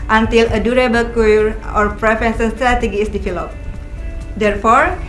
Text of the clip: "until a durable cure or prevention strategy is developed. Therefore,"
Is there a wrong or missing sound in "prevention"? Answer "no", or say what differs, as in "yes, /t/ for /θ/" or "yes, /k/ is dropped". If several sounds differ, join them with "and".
yes, /s/ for /ʃ/